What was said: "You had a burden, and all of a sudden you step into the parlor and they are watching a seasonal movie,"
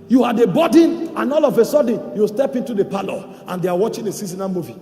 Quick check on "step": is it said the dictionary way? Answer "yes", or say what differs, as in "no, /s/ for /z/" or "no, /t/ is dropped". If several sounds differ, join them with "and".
yes